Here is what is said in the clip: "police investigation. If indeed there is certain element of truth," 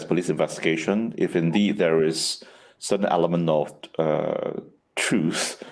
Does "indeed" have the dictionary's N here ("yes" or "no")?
yes